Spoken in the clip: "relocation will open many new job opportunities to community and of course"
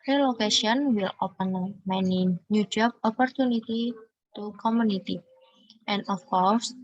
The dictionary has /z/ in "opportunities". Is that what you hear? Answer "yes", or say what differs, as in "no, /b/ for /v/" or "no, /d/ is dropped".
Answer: no, /z/ is dropped